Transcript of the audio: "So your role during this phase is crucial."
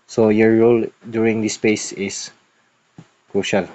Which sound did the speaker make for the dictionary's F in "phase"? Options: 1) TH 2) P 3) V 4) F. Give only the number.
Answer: 2